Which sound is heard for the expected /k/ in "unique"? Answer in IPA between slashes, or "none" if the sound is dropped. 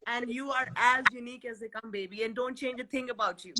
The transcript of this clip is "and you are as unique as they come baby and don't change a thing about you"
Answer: /k/